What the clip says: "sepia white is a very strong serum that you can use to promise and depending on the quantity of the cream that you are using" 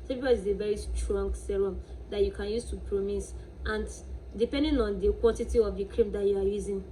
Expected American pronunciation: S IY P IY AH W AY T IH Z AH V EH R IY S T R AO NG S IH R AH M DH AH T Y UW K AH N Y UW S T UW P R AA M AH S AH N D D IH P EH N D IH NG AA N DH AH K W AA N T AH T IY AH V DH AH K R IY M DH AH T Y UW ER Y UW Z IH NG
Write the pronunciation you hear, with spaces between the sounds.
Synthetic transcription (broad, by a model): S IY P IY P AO IH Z AH V EH R IY S T R AO NG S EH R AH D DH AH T Y UW K AH N Y UW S T UW P R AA M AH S AH N D D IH P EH N D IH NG AA N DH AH K W AA N T AH T IY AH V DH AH K R IY M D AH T Y UW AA Y UW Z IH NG